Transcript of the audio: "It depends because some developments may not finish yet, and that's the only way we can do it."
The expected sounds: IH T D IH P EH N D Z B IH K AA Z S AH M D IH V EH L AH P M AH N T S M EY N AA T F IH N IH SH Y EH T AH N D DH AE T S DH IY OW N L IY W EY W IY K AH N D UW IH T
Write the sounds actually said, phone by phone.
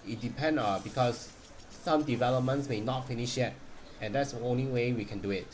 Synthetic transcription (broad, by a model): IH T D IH P EH N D B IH K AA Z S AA M D IH V EH L AH P M AH N T S M EY N AA T F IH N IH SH Y EH T AH N D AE T S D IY OW N L IY W EY W IY K AH N D UW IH T